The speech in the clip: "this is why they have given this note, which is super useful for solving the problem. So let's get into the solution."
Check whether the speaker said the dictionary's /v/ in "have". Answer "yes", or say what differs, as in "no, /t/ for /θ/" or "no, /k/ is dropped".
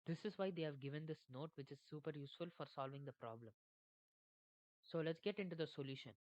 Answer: yes